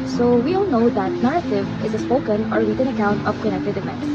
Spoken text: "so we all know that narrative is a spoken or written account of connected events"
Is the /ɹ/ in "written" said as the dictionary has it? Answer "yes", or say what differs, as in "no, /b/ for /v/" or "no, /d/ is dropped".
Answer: no, /l/ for /ɹ/